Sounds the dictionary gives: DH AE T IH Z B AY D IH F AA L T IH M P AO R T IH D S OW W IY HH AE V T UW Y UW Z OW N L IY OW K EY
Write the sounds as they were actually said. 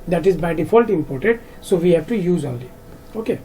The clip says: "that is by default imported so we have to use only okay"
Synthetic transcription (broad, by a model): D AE T IH Z B AY D IH F AA L T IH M P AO R T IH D S OW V IY HH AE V T UW Y UW Z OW L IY OW K EY